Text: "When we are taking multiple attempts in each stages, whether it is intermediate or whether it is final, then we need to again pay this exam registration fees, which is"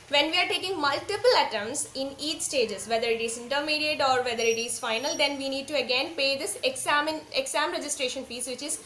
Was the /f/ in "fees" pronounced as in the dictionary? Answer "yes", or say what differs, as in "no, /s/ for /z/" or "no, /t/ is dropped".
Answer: no, /p/ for /f/